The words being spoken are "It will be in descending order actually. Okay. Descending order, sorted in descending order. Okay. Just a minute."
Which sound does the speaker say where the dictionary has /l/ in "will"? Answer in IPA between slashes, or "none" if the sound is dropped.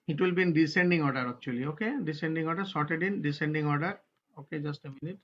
/l/